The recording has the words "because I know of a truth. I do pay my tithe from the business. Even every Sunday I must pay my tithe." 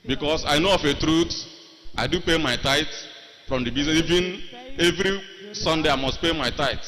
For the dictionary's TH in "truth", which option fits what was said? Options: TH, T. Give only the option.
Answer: T